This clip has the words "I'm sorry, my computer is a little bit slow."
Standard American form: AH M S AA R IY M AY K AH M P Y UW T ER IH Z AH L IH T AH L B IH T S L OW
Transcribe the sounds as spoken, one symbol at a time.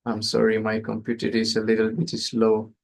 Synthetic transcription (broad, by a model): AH M S AA R IY M AY K AH M P Y UW T ER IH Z AH L IH T AH L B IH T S L OW